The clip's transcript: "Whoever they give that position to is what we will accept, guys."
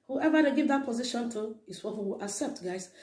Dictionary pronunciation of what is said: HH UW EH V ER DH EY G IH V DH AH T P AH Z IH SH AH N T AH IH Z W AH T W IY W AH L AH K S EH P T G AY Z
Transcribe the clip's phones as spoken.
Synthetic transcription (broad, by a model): HH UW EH V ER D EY G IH V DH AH T P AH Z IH SH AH N T AH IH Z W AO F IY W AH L AH K S EH P T G AY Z